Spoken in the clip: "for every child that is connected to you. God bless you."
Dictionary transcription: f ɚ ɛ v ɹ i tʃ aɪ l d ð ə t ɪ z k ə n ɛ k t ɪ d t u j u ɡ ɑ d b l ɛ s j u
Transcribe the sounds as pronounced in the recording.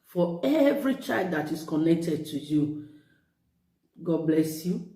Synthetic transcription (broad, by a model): f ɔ ɛ v ɹ i tʃ aɪ l d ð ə t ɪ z k ə n ɛ k t ɪ d t u j u ɡ ɑ d b l ɛ s j u